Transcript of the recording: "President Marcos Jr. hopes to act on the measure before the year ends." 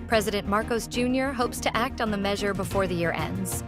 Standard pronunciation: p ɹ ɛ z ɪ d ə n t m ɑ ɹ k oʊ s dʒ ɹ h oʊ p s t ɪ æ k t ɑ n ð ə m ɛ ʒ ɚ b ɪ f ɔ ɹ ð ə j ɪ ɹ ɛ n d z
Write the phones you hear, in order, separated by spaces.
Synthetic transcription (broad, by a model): p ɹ ɛ z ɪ d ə n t m ɑ ɹ k oʊ s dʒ ɹ h oʊ p s t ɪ æ k t n ð ə m ɛ ʒ ɚ b ɪ f ɔ ɹ ð ə j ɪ ɹ ɛ n d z